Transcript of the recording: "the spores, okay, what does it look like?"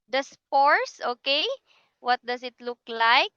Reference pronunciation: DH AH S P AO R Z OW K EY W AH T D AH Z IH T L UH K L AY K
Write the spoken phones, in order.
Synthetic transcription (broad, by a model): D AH S P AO R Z OW K EY W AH T D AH S IH T L UH K L AY K